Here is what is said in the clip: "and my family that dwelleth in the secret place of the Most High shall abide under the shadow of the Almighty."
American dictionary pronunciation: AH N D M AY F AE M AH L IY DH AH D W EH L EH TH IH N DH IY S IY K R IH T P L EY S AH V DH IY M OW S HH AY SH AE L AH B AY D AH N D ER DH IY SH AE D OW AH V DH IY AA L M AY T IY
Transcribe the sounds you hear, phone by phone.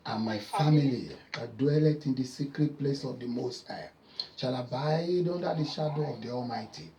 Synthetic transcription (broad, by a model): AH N M AY F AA M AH L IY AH D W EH L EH T IH N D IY S IY K R IH T P L EY S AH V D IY M OW S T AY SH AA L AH B AY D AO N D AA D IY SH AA D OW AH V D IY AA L M AY T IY